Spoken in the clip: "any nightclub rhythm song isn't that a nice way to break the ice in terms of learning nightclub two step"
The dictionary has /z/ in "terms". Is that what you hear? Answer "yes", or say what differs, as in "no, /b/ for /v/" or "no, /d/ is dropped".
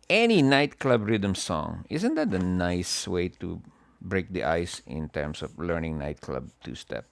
no, /s/ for /z/